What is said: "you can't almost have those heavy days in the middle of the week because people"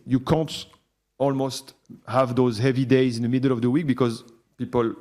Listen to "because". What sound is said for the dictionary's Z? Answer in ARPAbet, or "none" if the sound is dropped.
Z